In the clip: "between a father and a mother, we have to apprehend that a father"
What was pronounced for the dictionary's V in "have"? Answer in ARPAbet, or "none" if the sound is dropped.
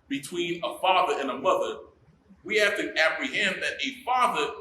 F